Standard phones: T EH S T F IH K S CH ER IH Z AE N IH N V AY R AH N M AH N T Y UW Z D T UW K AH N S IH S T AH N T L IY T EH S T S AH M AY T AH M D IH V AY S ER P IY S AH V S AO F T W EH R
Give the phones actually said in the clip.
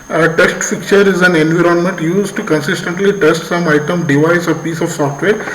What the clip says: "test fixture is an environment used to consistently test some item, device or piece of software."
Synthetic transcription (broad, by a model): T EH S T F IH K CH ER IH Z AE N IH N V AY R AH N M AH N T Y UW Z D T UW K AH N S IH S T AH N T L IY T EH S T S AH M AY T AH M D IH V AY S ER P IY S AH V S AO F T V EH R